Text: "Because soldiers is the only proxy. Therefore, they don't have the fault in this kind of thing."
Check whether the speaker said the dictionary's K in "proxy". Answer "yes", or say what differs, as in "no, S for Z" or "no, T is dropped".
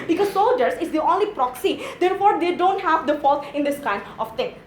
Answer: yes